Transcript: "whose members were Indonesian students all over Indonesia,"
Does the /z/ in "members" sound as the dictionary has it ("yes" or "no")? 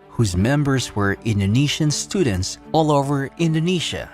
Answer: yes